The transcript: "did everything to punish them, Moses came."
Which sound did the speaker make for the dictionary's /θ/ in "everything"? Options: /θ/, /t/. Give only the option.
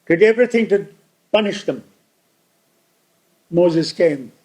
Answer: /θ/